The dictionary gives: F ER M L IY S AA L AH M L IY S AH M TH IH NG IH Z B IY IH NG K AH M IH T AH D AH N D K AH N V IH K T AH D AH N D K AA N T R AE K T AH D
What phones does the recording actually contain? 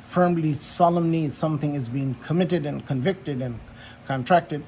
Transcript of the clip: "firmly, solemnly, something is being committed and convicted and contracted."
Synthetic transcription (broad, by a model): F ER M L IY S AA L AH M N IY S AH M TH IH NG IH Z B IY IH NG K AH M IH T AH D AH N K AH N V IH K T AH D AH N K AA N T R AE K T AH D